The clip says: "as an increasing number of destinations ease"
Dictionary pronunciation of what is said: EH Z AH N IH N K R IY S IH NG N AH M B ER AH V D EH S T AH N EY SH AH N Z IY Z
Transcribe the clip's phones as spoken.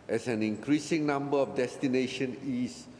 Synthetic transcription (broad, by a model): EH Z AH N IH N K R IY S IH NG N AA M B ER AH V D EH S T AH N EY SH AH N IY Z